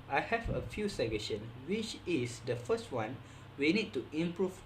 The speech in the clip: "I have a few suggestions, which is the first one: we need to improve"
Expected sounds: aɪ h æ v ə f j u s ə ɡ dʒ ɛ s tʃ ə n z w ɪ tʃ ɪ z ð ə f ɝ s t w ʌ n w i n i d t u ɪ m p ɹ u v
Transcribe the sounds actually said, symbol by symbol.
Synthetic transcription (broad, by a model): aɪ h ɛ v ə f j u s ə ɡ ɛ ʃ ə n w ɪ tʃ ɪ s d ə f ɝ s t w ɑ n w i n i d t u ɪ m p ɹ u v